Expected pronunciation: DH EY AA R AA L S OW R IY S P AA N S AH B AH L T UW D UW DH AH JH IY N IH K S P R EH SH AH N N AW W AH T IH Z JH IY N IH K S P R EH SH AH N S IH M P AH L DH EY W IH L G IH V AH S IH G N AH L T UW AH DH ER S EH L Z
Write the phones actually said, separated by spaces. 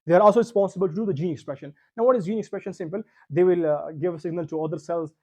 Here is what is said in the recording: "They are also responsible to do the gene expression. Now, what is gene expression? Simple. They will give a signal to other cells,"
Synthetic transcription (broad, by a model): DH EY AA R AA L S OW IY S P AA S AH B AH L T UW D UW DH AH JH IY N IH K S P R EH SH AH N N AW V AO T IH Z JH IY N IH K S P R EH SH AH N S IH M P AH L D EY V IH L G IH V AH S IH G N AH L T UW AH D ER S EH L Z